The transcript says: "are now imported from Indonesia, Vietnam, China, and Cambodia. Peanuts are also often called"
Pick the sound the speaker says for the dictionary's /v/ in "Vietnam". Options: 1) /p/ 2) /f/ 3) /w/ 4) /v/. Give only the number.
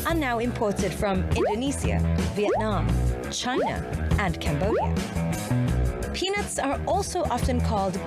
4